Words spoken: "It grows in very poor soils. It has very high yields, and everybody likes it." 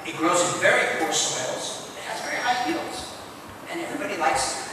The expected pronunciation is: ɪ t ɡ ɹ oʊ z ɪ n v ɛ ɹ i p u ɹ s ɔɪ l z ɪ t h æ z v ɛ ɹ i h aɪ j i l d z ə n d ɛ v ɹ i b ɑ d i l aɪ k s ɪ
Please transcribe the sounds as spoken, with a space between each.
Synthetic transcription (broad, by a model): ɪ t ɡ ɹ oʊ z ɪ n v ɛ ɹ i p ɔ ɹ s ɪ l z ɪ t h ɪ z v ɛ ɹ i h aɪ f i l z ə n ɛ v ɹ i b ɑ d i l aɪ k s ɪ